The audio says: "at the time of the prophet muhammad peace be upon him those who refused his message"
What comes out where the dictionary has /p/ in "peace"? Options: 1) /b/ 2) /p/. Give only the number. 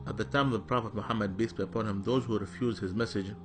1